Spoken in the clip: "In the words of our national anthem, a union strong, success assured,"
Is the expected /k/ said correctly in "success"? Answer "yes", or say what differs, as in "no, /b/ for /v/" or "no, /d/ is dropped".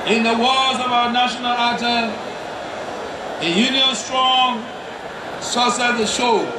no, /k/ is dropped